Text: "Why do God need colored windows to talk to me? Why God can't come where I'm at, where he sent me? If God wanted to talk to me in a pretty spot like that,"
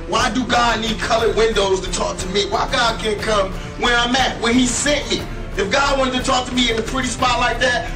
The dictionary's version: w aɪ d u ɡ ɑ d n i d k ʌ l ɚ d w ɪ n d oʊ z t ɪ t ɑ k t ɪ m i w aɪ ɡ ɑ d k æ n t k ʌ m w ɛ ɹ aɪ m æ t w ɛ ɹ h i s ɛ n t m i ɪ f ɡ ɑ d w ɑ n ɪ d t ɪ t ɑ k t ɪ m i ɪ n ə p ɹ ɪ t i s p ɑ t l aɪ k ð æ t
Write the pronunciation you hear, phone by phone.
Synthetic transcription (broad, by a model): w aɪ d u ɡ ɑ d n i d k ʌ l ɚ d w ɪ n d oʊ z t ɪ t ɑ k t ɪ m i w aɪ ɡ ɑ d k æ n k ʌ m w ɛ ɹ aɪ m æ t w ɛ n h i s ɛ t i ɪ f ɡ ɑ d w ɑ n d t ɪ t ɑ k t ɪ m i ɪ n ə p ɹ ɪ t i s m ɑ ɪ l aɪ k ð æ t